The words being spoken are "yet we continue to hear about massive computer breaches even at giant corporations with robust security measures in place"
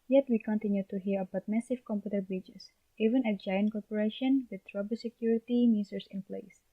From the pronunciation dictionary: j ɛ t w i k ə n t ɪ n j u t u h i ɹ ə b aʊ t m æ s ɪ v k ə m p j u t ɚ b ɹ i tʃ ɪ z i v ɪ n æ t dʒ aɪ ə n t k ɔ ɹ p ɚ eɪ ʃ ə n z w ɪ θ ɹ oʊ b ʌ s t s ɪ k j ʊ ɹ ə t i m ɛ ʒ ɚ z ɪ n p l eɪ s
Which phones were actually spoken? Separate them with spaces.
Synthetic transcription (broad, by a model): j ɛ t w i k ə n t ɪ n j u t u h i ɹ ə b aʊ t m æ s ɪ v k ə m p j u t ɚ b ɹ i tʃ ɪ s i v ɪ n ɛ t dʒ aɪ ə n t k ɔ ɹ p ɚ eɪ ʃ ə n w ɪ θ ɹ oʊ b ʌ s s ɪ k j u ɹ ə t i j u s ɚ s ɪ n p l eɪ s